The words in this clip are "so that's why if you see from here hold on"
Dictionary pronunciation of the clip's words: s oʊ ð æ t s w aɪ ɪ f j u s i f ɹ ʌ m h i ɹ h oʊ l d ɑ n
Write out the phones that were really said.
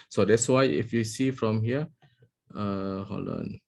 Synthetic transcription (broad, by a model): s oʊ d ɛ t s w aɪ ɪ f j u s i f ɹ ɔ m h i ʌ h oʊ l ɑ n